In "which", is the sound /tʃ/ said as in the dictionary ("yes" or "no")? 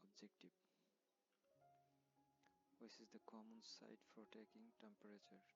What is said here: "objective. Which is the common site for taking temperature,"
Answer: no